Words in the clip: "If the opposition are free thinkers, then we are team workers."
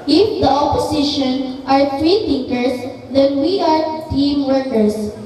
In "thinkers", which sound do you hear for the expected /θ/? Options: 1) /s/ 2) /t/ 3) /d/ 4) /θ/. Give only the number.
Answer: 2